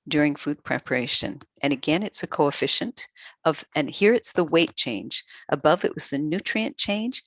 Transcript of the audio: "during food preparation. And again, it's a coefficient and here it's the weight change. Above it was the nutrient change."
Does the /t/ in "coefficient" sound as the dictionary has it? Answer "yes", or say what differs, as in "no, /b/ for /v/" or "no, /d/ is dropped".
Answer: yes